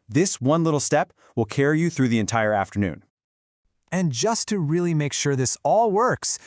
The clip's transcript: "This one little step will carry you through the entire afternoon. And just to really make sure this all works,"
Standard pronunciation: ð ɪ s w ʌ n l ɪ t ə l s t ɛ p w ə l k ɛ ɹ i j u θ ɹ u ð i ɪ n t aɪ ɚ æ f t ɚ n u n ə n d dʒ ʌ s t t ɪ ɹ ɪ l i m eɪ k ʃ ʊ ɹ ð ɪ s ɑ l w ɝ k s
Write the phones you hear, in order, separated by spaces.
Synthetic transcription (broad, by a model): ð ɪ s w ʌ n l ɪ t l s t ɛ p w ə l k ɛ ɹ i j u θ ɹ u ð i ɪ n t aɪ ɚ æ f t ɚ n u n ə n dʒ ʌ s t t ɪ ɹ ɪ l i m eɪ k ʃ ʊ ɹ ð ɪ s ɑ l w ɝ k s